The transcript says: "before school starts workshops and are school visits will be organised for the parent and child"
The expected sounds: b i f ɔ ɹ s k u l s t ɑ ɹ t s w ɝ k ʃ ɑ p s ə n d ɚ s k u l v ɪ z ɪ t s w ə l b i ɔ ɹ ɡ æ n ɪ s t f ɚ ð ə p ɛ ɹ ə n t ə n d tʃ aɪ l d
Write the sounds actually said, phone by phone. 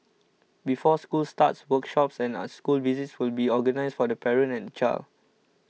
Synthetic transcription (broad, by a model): b i f ɔ s k u l s t ɑ t s w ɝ k ʃ ɑ p s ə n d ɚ s k u l v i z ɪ t s w ə l b i ɔ ɡ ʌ n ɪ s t f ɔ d ə p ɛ ɹ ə n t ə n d tʃ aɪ l